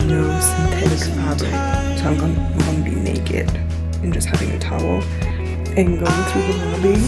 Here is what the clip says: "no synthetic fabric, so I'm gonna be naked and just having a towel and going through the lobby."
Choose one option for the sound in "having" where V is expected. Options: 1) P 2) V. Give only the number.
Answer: 2